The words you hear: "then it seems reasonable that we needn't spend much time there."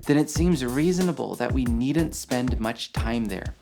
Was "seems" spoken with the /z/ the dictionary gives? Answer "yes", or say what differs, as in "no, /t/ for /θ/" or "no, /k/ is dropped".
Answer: yes